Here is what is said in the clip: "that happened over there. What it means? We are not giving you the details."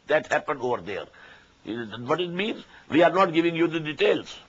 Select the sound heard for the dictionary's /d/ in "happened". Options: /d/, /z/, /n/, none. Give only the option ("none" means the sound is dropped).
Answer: /d/